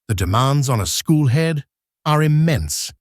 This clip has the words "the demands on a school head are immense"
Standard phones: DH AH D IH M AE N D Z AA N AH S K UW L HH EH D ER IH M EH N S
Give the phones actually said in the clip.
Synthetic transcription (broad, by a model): DH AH D IH M AE N D Z N AH S K UW L HH EH D ER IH M EH N S